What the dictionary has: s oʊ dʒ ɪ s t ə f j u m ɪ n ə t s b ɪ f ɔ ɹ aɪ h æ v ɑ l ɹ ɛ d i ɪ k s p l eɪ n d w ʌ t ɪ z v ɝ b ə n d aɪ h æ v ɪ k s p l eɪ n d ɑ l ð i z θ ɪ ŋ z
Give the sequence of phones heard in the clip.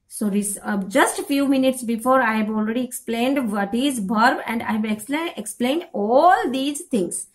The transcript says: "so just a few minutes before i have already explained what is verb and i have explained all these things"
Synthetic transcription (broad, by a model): s oʊ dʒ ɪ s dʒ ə f j u m ɪ n ə t s b ɪ f ɔ ɹ aɪ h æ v ɑ l ɹ ɛ d i ɪ k s p l eɪ n d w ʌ t ɪ z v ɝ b ə n d aɪ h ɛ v ɪ k s p l eɪ n d ɑ l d i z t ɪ ŋ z